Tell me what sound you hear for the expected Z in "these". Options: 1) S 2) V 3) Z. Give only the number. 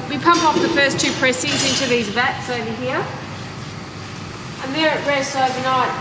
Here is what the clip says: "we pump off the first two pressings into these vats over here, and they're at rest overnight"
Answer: 3